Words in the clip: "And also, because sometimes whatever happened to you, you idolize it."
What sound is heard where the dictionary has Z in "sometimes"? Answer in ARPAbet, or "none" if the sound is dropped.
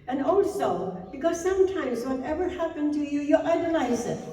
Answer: Z